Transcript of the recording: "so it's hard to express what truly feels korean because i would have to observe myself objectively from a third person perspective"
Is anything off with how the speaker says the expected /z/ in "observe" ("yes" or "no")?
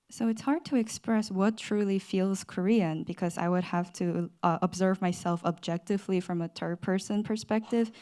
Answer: no